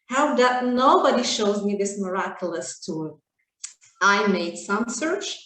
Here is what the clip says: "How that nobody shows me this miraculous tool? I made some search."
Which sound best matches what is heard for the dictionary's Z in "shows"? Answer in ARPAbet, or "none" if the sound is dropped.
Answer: Z